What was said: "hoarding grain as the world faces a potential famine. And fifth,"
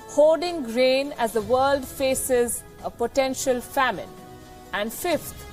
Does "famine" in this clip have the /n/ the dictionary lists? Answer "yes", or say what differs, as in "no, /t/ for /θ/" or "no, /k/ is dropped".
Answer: yes